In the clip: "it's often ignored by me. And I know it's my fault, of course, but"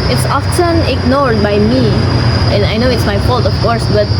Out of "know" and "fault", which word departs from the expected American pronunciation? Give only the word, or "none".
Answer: none